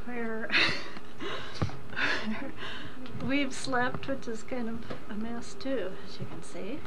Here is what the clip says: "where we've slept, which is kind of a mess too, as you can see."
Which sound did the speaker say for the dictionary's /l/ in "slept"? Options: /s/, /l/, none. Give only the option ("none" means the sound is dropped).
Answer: /l/